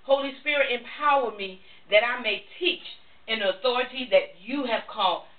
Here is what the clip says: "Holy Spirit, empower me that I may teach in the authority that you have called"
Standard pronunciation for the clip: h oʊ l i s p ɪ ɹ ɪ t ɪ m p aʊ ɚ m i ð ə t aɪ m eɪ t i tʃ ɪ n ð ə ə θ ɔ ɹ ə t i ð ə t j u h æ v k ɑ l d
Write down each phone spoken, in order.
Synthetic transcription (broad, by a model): h oʊ l i s p ɪ ɹ ɪ t ɪ m p aʊ ɚ m i ð ə t aɪ m eɪ t i tʃ ɪ n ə ə θ ɔ ɹ ə t i ð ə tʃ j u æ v k ɑ l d